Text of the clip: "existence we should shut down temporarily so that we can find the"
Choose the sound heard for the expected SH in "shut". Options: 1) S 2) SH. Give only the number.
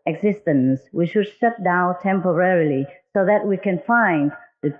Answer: 1